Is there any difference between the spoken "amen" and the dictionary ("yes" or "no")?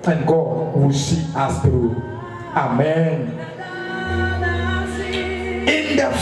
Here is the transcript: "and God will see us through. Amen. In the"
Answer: no